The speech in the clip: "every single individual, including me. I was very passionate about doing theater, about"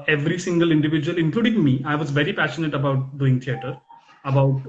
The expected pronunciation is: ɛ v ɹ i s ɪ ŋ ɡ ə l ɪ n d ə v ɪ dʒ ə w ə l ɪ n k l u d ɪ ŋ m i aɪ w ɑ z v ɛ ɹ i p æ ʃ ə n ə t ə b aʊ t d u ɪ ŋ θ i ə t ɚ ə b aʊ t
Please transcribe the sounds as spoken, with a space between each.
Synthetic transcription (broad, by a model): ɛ v ɹ i s ɪ ŋ ɡ ə l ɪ n d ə v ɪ dʒ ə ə l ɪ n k l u d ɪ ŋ m i aɪ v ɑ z v ɛ ɹ i p æ ʃ ə n ə t ə b aʊ t d u ɪ ŋ t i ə t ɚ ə b aʊ t